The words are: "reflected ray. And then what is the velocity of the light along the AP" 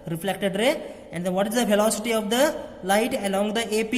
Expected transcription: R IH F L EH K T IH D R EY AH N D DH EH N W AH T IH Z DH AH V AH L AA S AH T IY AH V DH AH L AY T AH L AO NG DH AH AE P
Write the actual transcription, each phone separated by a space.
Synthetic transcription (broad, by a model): R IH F L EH K T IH D R EY AH N D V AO T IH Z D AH P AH L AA S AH T IY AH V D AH L AY T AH L AO NG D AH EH P